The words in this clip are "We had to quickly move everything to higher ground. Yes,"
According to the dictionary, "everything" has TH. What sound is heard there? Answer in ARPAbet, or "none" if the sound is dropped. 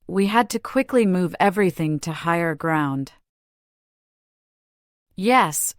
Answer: TH